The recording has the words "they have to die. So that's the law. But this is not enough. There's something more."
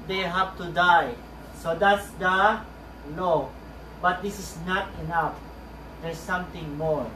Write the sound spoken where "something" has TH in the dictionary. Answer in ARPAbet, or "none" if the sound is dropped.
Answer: T